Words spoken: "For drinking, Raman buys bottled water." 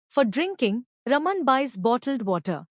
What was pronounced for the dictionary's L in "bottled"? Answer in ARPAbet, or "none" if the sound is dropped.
L